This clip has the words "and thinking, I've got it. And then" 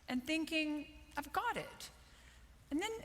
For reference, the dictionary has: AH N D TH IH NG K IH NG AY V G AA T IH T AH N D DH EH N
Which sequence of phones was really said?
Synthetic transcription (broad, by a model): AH N TH IH NG K IH NG AY V G AA T IH T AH N DH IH N